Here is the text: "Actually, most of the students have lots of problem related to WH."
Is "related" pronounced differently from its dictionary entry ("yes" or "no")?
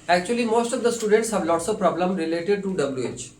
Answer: no